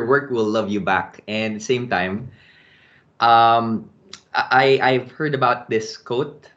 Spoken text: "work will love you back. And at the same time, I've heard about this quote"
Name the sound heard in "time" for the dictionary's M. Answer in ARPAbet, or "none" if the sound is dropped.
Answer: none